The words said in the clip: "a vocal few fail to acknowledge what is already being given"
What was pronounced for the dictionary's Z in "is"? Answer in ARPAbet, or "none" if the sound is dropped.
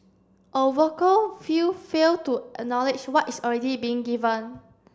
S